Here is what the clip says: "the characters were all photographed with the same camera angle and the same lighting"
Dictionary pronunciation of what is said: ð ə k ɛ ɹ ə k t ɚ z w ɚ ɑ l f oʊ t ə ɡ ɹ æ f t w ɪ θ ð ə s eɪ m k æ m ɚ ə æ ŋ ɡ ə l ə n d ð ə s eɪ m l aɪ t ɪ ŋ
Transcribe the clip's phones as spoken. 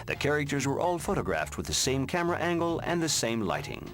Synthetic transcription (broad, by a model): ð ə k ɛ ɹ ə k t ɚ z w ɚ ɑ l f oʊ t ə ɡ ɹ æ f t w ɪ ð ə s eɪ m k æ m ɚ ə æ ŋ ɡ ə l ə n ð ə s eɪ m l aɪ t ɪ ŋ